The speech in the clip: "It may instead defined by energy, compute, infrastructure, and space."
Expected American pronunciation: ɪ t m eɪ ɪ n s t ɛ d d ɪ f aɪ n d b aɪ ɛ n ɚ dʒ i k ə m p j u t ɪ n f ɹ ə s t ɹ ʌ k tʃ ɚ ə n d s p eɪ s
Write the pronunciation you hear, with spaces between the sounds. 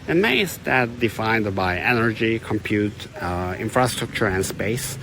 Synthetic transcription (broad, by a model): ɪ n m eɪ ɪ s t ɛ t d ɪ f aɪ n d b aɪ ɛ n ɚ dʒ i k ə m p j u t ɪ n f ɹ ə s t ɹ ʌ k tʃ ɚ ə n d s p eɪ s